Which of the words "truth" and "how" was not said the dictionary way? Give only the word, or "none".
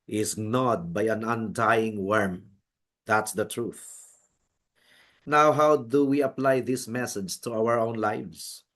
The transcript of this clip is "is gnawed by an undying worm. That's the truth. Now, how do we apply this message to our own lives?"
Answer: none